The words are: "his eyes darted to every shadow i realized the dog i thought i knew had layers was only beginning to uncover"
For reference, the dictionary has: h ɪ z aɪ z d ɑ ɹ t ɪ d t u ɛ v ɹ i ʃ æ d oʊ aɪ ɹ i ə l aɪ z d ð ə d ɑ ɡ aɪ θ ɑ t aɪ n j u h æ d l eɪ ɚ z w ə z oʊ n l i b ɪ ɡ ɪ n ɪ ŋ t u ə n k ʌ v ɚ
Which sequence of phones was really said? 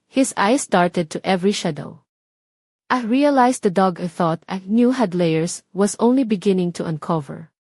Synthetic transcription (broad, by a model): h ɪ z aɪ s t ɑ ɹ t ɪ d t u ɛ v ɹ i ʃ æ d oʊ aɪ ɹ i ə l aɪ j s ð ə d ɑ ɡ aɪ θ ɑ t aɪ n j u h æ d l eɪ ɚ s w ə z oʊ n l i b ɪ ɡ ɪ n ɪ ŋ t u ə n k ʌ v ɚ